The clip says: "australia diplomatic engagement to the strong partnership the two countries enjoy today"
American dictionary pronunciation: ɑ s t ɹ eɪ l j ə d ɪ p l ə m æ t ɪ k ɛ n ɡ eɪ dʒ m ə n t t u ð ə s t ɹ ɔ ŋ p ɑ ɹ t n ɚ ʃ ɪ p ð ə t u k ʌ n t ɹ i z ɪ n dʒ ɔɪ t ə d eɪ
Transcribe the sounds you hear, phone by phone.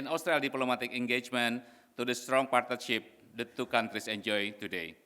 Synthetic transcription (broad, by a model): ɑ s t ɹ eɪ l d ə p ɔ l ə m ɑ t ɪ k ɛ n ɡ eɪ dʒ m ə n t t u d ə s t ɹ ɔ ŋ p ɑ ɹ t n ɚ ʃ ɪ p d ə t u k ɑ n t ɹ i s ɪ n dʒ ɔɪ t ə d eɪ